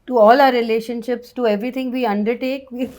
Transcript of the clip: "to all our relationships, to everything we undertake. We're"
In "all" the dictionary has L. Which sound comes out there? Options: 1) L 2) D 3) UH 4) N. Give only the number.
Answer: 1